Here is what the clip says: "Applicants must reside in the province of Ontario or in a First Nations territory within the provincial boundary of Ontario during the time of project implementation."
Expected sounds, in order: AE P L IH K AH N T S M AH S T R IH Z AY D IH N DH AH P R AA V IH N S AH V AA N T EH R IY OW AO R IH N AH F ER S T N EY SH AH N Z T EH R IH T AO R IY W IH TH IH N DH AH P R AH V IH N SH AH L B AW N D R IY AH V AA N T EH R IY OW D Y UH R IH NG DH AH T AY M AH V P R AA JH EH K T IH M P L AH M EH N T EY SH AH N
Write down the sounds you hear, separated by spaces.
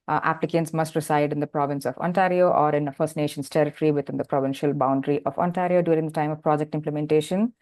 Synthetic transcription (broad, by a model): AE P L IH K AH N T S M AH S T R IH S AY D IH N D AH P R AA V IH N S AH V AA N T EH R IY OW AO R IH N AH F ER S T N EY SH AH N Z T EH R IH T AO R IY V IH T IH N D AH P R AH V IH N SH AH L B AW N D R IY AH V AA N T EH R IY OW D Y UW R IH NG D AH T AY M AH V P R AA JH EH K T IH M P L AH M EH N T EY SH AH N